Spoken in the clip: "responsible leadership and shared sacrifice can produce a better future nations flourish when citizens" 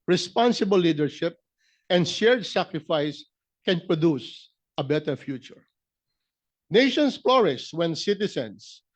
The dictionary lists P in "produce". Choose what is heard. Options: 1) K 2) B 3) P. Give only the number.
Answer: 3